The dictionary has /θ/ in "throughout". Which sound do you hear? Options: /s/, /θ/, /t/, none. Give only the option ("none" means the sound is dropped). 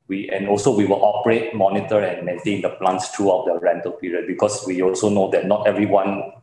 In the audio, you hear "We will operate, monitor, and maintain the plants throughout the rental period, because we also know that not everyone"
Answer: /t/